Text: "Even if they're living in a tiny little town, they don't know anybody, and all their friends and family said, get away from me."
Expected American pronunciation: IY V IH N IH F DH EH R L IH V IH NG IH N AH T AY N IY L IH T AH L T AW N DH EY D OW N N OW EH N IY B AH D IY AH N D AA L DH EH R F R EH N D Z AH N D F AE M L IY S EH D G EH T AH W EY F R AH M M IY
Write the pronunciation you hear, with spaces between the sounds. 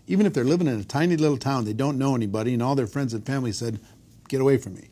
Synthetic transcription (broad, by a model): IY V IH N IH F DH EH R L IH V IH NG IH N AH T AY N IY L IH T L T AW N DH EY D OW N N OW EH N IY B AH D IY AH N AA L DH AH R F R EH N D Z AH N F AE M L IY S EH D G EH T AH W EY F R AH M M IY